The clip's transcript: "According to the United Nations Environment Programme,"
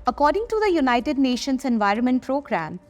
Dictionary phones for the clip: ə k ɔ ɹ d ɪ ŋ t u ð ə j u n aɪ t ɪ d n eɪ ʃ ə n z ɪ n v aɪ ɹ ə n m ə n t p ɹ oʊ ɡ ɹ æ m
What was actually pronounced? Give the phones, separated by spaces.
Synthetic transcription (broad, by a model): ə k ɔ ɹ d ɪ ŋ t u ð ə j u n aɪ t ɪ d n eɪ ʃ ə n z ɪ n v aɪ ɹ ə n m ə n t p ɹ oʊ ɡ ɹ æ m